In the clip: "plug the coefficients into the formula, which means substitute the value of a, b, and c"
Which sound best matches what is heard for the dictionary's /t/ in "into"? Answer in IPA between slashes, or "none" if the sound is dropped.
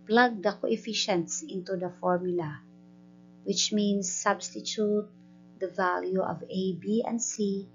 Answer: /t/